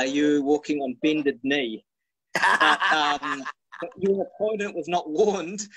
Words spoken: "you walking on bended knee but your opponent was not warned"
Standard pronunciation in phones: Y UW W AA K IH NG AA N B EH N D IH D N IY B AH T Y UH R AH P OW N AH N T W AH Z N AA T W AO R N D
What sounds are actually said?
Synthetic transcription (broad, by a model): Y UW W AA K IH NG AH N B EH N D IH D N IY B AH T Y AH R AH P OW N AH N T W AH Z N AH T W AO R N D